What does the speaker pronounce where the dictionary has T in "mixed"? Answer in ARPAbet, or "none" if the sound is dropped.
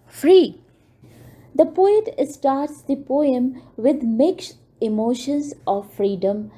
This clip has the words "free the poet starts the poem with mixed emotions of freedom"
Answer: none